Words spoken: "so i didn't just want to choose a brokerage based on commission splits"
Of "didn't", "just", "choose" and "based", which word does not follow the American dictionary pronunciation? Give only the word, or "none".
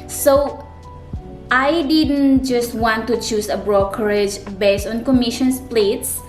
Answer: choose